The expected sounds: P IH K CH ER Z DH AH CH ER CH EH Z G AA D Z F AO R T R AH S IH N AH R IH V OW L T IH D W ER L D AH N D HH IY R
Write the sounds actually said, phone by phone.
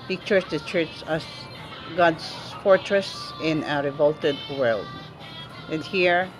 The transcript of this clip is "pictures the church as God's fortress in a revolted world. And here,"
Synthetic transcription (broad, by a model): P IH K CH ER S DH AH CH ER CH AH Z G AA D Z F AO R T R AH S IH N AH R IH V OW L T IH D W ER L D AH N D HH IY R